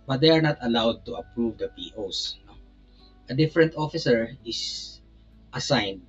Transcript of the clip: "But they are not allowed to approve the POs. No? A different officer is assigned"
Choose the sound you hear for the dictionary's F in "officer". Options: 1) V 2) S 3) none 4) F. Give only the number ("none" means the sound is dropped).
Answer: 4